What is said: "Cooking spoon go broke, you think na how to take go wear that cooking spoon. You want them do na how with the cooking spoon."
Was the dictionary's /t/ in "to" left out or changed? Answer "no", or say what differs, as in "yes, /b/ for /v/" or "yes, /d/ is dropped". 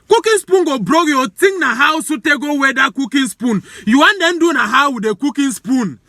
yes, /s/ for /t/